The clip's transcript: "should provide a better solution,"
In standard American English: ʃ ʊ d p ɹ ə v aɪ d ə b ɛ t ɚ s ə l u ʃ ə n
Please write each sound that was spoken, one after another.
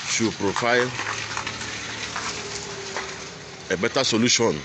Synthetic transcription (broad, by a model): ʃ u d p ɹ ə f aɪ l ə b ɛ t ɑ s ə l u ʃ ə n